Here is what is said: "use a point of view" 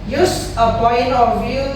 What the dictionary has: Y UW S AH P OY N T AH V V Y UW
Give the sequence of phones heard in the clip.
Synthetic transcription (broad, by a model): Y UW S AH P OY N AH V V Y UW